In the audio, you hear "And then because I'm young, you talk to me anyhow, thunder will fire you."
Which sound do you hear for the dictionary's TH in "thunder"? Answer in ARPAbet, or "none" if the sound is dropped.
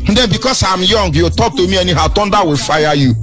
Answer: T